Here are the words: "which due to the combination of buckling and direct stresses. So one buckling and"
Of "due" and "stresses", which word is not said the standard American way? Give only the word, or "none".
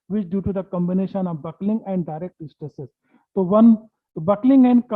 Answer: stresses